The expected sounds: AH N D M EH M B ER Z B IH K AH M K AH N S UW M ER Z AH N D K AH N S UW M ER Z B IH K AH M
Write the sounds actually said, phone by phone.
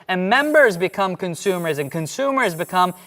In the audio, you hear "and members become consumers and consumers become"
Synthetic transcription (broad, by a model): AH N M EH M B ER Z B IH K AH M K AH N S UW M ER Z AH N K AH N S UW M ER Z B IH K AH M